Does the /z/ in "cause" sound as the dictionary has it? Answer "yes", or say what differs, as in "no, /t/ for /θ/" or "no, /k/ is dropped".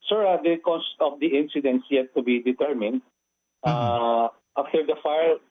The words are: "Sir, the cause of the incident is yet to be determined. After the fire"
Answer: no, /s/ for /z/